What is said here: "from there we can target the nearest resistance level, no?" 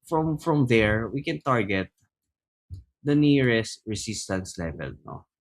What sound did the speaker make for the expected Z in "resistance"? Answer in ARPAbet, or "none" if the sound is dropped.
S